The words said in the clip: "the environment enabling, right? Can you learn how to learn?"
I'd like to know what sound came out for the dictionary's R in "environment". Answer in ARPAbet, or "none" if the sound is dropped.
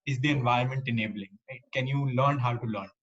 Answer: none